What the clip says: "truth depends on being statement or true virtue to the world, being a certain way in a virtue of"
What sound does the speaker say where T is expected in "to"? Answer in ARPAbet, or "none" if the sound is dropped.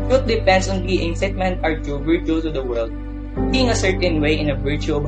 S